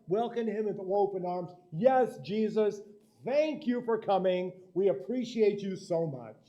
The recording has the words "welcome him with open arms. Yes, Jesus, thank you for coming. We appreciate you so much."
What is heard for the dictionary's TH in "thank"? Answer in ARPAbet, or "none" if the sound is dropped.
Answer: TH